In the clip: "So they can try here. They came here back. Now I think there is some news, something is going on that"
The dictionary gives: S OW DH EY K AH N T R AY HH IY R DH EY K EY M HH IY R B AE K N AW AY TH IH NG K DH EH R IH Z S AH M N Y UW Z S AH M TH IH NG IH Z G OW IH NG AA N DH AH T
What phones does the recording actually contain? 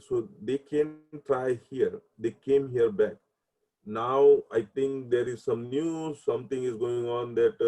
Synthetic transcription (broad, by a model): S OW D EY K AH N T R AY HH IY R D EY K EY M HH IY R B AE K N AW AY T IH NG K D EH R IH Z S AH M N Y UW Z S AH M T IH NG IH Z G OW IH NG AA N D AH T